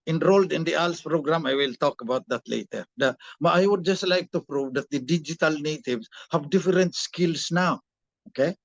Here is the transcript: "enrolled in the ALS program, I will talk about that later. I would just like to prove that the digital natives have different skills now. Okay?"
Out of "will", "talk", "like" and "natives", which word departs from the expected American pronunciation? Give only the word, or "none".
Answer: natives